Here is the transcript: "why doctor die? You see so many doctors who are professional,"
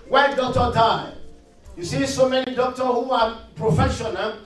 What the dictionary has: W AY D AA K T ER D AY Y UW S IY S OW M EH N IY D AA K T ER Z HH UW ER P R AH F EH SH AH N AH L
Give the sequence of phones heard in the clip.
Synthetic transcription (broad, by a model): W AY D AA K T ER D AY Y UW S IY S OW M EH N IY D AA K T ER HH UW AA P R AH F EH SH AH N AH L